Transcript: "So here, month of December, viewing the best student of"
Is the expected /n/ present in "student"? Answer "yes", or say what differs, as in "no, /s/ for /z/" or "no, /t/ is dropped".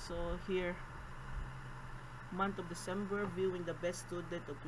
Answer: no, /n/ is dropped